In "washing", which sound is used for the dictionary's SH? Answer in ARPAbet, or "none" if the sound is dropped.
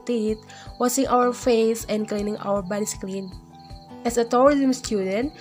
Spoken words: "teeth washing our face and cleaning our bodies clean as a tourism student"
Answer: S